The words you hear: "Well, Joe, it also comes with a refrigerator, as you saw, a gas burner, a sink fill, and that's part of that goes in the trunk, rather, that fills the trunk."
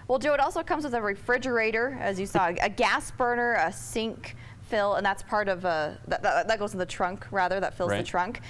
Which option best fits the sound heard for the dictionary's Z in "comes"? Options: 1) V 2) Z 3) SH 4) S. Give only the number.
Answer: 2